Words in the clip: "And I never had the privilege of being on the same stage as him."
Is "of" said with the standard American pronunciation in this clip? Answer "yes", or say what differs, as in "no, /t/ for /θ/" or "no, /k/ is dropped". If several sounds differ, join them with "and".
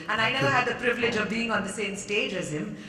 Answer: yes